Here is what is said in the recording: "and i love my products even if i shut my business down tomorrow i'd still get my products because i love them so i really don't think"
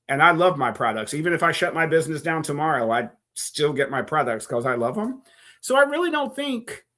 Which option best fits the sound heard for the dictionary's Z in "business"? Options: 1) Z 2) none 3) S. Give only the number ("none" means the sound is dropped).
1